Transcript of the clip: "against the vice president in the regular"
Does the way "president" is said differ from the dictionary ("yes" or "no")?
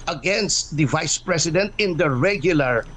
yes